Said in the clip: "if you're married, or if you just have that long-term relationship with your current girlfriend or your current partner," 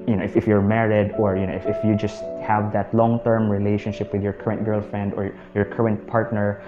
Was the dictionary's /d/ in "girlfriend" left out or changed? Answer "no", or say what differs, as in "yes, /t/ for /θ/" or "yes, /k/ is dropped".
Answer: no